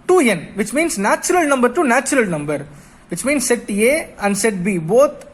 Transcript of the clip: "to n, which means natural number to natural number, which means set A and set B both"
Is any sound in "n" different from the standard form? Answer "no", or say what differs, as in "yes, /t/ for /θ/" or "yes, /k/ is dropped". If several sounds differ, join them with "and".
no